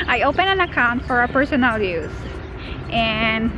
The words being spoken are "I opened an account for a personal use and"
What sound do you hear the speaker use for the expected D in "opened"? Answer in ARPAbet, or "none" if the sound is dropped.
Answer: none